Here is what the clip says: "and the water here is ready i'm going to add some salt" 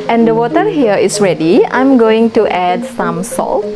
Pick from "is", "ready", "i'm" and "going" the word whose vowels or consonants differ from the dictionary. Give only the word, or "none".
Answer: is